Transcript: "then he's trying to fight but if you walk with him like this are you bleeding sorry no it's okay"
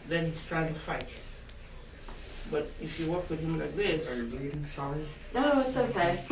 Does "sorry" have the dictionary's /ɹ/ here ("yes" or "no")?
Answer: no